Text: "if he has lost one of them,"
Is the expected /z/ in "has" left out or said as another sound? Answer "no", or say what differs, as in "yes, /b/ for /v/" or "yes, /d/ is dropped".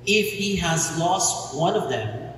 no